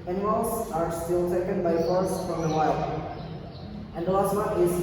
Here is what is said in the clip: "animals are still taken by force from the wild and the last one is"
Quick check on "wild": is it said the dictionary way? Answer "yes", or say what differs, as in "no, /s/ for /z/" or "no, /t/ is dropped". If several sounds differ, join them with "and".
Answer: no, /d/ is dropped